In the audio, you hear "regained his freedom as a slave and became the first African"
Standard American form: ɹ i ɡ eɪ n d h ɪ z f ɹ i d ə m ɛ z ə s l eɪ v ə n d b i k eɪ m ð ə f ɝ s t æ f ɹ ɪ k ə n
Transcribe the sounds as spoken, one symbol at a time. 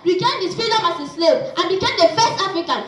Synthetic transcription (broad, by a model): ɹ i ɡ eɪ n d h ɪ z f i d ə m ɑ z ə s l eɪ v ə n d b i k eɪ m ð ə f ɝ s t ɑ f ɹ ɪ k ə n